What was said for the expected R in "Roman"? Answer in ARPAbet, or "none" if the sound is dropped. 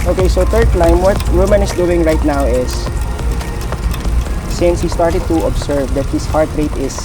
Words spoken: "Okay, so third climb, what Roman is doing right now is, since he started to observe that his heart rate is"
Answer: W